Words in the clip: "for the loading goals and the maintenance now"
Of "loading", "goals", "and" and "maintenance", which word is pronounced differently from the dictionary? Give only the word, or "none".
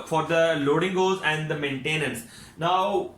goals